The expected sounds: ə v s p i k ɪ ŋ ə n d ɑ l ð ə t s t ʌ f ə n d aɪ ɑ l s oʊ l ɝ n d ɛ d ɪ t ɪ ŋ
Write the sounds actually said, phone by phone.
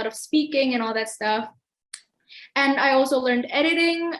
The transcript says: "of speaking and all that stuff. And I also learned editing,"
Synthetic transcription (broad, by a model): ə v s p i k ɪ ŋ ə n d ɑ l ð ə t s t ʌ f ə n aɪ ɑ l s oʊ l ɝ n d ɛ d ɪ t ɪ ŋ